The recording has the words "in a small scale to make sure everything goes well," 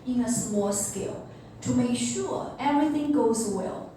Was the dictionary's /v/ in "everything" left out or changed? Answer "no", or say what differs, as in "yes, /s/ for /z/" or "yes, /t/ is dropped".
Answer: no